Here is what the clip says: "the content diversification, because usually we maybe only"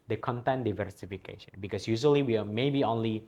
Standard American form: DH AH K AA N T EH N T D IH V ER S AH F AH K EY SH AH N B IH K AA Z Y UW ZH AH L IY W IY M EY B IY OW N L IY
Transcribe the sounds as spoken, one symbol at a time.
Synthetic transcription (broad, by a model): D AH K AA N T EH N D IH V ER S AH F AH K EY SH AH N B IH K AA S Y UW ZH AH L IY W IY M EY B IY OW N L IY